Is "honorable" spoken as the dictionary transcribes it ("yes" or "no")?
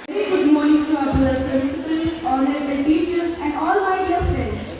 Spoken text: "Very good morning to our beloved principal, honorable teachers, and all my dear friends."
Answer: no